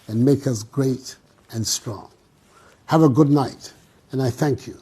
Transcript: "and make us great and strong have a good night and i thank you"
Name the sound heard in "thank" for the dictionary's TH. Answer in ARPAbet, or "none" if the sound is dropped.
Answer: TH